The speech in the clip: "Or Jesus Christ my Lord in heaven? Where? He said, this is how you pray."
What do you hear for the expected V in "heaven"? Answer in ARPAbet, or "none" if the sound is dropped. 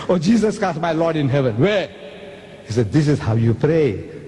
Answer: V